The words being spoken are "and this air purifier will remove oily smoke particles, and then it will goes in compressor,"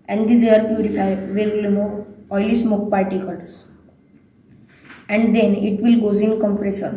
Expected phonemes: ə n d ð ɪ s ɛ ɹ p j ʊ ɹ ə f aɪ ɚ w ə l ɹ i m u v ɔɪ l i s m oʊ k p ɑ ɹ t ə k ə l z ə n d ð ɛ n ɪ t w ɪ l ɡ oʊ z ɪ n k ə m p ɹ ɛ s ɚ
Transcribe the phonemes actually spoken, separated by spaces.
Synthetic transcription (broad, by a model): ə n d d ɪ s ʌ ɹ p j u ɹ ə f aɪ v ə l l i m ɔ ɔɪ l i s m oʊ k p ɑ ɹ t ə k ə l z ə n d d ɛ n ɪ t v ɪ l ɡ oʊ z ɪ n k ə m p ɹ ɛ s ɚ